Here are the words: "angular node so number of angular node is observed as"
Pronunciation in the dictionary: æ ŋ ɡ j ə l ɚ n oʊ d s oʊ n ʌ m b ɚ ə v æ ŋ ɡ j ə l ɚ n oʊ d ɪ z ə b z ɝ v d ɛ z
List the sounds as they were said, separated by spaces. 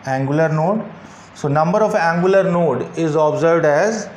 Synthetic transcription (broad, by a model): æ ŋ ɡ j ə l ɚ n oʊ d s oʊ n ʌ m b ɚ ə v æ ŋ ɡ j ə l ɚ n oʊ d ɪ z ə b z ɝ v d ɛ z